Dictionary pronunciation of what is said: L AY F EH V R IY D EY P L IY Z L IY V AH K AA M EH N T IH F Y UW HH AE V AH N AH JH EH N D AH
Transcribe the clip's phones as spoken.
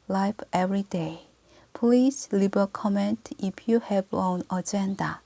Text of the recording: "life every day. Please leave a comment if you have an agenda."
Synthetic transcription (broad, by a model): L AY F EH V R IY D EY P L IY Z L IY B AH K AA M EH N T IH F Y UW HH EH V AH N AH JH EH N D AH